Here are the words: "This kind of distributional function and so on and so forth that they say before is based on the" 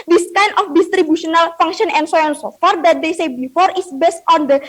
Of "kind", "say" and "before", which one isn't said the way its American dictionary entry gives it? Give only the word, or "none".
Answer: kind